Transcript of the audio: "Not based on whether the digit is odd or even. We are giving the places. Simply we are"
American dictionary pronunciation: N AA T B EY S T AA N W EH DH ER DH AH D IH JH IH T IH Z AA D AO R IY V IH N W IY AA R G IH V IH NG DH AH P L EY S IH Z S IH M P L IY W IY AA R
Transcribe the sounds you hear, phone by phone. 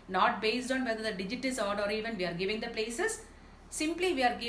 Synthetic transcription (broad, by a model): N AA T B EY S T AA N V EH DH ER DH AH D IH JH IH T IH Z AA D AO R IY V IH N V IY AA R G IH V IH NG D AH P L EY S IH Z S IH M P L IY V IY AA R